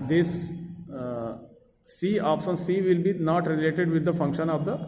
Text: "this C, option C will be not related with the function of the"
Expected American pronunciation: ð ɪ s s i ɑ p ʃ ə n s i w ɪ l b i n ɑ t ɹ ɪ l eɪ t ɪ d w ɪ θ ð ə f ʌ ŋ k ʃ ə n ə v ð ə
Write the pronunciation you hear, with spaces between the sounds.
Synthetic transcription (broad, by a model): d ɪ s s i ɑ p s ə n s i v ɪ l b i n ɑ t ɹ ɪ l eɪ t ɪ d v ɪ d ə f ʌ ŋ k ʃ ə n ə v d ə